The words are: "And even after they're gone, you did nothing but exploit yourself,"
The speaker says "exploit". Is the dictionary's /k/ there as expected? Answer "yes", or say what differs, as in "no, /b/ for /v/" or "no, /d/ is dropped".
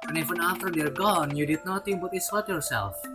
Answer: no, /k/ is dropped